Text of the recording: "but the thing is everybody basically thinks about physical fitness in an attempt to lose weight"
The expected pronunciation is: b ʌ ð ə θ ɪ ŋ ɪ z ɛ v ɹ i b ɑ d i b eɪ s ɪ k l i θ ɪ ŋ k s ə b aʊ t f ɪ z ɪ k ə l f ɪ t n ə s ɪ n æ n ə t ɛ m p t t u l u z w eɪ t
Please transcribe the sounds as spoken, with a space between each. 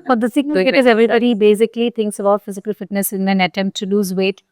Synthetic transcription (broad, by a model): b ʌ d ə s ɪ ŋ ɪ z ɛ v ɹ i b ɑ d i b eɪ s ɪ k l i t ɪ ŋ k s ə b aʊ t f ɪ z ɪ k ə l f ɪ t n ə s ɪ n æ n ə t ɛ m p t t u l u z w eɪ t